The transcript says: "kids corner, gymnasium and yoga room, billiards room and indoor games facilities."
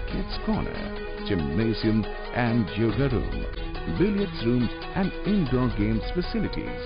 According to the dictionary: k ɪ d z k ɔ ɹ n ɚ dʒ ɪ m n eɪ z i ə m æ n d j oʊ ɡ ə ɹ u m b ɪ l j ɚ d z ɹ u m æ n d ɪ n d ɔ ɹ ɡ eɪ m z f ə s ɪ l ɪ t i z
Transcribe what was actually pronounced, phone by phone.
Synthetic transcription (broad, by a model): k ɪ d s k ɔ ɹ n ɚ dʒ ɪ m eɪ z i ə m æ n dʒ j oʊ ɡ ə ɹ u m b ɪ l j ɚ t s ɹ u m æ n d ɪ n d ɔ ɡ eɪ m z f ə s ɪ l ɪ t i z